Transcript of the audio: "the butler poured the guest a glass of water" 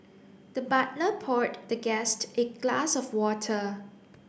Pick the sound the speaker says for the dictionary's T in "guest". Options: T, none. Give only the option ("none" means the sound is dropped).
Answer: T